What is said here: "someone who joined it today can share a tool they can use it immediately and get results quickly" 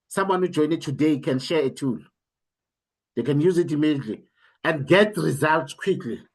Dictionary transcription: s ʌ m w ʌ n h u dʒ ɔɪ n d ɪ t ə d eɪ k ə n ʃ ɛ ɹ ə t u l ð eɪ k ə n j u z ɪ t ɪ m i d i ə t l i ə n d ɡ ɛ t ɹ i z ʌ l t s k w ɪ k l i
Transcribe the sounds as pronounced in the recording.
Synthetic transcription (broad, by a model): s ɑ m w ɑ n h u dʒ ɔɪ n ɪ t ə d eɪ k ə n ʃ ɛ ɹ ə t u l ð eɪ k ə n j u z ɪ t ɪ m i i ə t l i ə n d ɡ ɛ t ɹ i z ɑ l t s k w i k l i